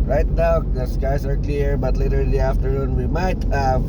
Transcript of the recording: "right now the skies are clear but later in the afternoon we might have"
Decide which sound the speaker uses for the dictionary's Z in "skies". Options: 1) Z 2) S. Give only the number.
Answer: 2